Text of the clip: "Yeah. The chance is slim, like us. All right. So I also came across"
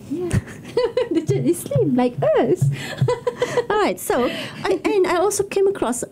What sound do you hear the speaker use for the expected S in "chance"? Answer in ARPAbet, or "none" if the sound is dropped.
none